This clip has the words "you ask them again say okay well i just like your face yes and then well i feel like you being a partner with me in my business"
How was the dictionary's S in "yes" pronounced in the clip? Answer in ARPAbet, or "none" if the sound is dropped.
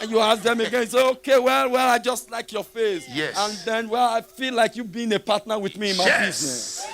none